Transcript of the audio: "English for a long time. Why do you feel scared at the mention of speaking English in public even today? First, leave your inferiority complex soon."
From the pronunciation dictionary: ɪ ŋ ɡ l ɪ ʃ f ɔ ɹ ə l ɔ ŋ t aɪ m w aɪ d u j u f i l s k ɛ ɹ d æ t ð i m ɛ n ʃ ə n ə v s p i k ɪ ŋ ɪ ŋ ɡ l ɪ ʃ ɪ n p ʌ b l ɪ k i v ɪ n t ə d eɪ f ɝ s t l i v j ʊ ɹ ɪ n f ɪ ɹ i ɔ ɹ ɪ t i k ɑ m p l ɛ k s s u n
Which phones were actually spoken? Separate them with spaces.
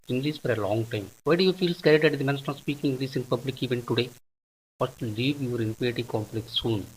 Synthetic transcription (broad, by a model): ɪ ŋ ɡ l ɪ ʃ f ɔ ɹ ə l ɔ ŋ t aɪ m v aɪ d u j u f i l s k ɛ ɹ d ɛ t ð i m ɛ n s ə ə s p i k ɪ ŋ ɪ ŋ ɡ l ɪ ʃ ɪ n p ʌ b l ɪ k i v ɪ n t ə d eɪ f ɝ s t l i v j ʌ ɹ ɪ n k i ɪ t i k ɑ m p l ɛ k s s u n